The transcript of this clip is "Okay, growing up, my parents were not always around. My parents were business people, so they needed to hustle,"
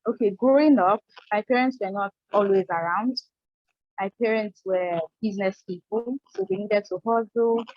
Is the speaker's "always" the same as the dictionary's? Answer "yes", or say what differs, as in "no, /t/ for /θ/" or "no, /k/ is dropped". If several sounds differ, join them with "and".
yes